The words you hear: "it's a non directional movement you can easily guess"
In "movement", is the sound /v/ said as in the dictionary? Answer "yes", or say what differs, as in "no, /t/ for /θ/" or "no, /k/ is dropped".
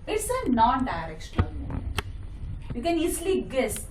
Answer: no, /v/ is dropped